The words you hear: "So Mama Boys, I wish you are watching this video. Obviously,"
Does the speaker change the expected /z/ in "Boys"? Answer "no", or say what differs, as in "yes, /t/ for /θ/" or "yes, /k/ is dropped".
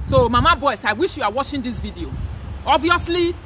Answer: yes, /s/ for /z/